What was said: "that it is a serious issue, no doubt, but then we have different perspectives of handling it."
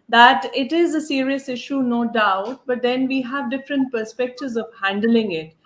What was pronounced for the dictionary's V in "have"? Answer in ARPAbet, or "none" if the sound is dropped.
V